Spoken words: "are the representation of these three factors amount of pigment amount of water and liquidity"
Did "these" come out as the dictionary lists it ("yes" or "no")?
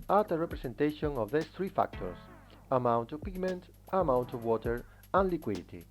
no